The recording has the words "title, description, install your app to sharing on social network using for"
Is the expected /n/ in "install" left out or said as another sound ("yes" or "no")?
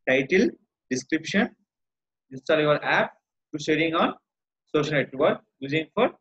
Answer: yes